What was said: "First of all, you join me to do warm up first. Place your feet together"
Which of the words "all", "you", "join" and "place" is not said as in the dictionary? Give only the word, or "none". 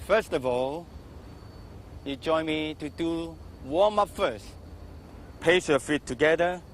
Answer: place